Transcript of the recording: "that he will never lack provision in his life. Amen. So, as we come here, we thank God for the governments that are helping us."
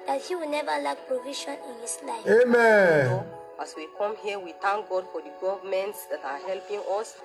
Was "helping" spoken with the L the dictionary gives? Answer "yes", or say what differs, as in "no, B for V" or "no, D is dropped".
yes